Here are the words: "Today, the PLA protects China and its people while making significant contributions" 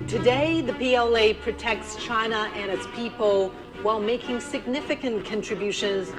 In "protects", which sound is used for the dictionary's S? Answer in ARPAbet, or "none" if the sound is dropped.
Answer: S